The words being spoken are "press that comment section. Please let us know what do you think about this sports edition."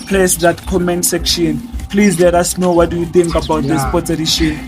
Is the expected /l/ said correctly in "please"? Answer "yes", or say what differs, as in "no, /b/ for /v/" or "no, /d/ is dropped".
yes